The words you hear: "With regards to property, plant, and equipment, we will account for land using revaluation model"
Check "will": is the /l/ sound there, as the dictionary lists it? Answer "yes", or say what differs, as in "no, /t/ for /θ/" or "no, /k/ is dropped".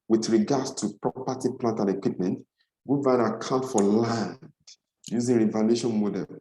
no, /n/ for /l/